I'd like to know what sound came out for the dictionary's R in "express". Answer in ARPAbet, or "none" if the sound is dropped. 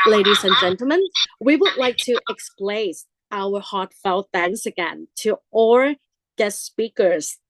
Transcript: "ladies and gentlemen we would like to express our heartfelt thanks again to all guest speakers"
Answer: L